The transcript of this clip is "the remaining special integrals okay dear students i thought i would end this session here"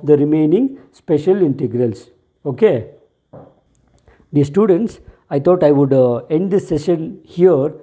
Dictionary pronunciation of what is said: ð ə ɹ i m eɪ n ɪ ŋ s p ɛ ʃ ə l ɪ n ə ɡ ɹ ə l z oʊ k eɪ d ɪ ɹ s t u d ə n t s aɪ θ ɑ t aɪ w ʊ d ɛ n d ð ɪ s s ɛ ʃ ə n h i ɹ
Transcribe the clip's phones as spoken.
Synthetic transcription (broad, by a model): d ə ɹ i m eɪ n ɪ ŋ s p ɛ ʃ ə l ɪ n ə ɡ ɹ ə l s oʊ k eɪ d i s t u d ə n t s aɪ t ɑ t aɪ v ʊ d ɛ n d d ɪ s s ɛ ʃ ə n h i ɹ